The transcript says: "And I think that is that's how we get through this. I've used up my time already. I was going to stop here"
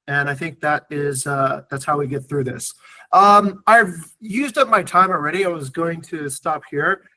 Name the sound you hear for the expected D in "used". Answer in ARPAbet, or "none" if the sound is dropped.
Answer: D